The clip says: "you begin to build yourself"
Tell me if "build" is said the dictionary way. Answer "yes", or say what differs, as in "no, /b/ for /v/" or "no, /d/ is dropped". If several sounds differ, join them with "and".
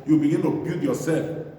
no, /l/ is dropped